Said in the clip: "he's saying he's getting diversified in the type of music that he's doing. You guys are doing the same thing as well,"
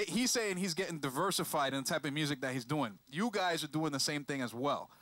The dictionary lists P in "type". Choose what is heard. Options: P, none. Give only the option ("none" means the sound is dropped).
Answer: P